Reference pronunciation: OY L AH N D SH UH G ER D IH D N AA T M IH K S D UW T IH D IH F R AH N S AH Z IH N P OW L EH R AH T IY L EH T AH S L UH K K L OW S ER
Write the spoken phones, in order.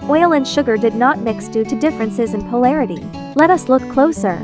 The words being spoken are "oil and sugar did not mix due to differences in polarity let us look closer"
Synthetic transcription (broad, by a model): OY L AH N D SH UH G ER D IH D N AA T M IH K S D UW T IH D IH F R AH N S AH Z IH N P OW L EH R AH T IY L EH T AH S L UH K K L OW S ER